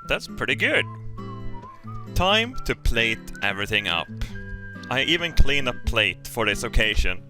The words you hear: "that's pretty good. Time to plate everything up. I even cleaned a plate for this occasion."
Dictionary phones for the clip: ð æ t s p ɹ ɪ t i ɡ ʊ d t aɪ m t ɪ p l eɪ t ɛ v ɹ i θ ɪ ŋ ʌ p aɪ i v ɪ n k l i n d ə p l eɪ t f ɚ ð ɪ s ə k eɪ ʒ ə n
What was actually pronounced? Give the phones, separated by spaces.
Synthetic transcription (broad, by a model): ð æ t s p ɹ ɪ t i ɡ ʊ d t aɪ m t ɪ p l eɪ t ɛ v ɹ i θ ɪ ŋ ʌ p aɪ i v ɪ n k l i n ə p l eɪ t f ɚ ð ɪ s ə k eɪ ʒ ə n